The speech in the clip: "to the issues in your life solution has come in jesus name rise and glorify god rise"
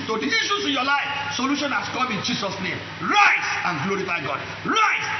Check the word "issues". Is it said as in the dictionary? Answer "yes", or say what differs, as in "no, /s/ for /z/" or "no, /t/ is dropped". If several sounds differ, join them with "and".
no, /s/ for /z/